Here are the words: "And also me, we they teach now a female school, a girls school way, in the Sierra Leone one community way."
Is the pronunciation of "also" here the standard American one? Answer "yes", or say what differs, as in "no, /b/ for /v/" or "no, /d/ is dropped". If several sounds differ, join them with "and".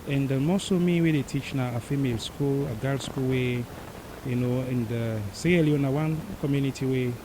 no, /l/ is dropped